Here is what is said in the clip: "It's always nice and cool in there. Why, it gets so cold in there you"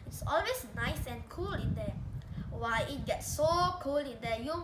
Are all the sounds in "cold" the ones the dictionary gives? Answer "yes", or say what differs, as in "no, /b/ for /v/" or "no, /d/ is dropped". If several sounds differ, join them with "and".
no, /d/ is dropped